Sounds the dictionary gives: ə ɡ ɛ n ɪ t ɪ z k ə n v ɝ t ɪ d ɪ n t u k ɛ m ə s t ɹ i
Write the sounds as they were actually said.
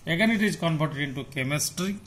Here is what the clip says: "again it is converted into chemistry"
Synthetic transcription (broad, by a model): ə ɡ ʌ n ɪ t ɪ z k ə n p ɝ t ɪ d ɪ n t u k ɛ m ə s t ɹ i